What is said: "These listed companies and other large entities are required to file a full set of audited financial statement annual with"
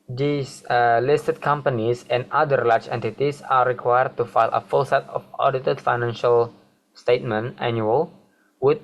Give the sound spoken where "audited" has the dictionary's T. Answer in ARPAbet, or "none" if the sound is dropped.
T